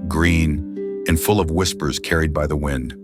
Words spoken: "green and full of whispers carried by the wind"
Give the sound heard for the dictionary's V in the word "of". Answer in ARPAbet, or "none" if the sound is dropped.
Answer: V